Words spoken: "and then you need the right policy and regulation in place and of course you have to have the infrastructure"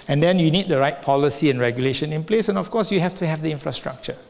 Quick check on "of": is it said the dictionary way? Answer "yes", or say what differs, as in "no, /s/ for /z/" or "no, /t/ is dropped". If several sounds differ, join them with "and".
no, /f/ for /v/